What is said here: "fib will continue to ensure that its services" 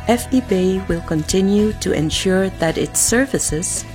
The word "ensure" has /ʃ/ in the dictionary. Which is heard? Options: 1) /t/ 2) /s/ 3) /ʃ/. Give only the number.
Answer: 3